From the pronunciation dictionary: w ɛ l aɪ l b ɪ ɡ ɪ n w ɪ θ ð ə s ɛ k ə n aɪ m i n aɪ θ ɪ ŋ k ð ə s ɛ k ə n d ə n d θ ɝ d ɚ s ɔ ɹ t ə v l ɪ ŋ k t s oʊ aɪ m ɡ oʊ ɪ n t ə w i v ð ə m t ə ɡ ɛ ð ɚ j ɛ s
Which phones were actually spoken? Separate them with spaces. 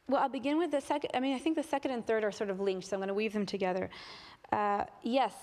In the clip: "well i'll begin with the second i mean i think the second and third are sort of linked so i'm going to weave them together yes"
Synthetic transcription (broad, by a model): w ɛ l aɪ l b ɪ ɡ ɪ n w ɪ ð ə s ɛ k ə n aɪ m i n aɪ θ ɪ ŋ k ð ə s ɛ k ə n d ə n θ ɝ d ɚ s ɔ ɹ t ə v l ɪ ŋ k t s oʊ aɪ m ɡ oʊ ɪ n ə w i v ð ə m t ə ɡ ɛ ð ɚ j ɛ s